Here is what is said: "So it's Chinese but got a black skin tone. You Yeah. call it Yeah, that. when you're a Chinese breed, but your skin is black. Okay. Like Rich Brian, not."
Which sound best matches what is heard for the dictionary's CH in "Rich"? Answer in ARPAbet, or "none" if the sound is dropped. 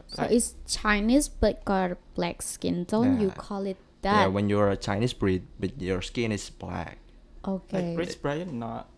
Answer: S